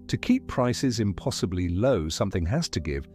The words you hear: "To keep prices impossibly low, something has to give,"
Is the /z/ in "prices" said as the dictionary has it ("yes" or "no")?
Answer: yes